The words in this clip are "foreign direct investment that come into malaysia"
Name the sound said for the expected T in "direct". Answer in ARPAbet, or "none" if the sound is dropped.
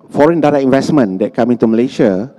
none